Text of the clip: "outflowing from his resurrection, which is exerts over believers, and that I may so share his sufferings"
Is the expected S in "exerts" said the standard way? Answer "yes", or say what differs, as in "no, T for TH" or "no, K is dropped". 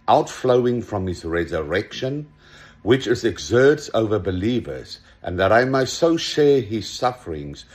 yes